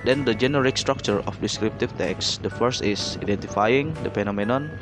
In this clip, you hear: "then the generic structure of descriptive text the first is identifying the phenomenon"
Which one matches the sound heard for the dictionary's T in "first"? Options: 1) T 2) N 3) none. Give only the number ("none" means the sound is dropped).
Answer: 1